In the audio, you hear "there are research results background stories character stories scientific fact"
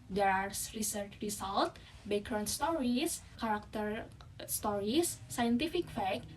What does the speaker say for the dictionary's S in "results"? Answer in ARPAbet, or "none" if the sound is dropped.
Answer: none